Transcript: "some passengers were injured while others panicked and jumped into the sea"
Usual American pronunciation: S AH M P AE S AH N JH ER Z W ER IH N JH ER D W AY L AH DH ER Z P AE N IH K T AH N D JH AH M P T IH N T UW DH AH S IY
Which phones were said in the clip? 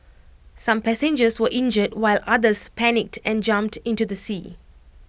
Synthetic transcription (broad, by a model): S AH M P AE S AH N JH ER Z W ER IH N JH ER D W AY L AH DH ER S P AE N IH K T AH N JH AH M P T IH N T UW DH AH S IY